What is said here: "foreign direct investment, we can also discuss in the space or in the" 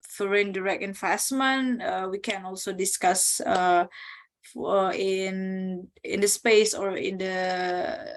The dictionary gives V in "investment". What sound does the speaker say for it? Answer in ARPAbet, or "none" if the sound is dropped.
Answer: F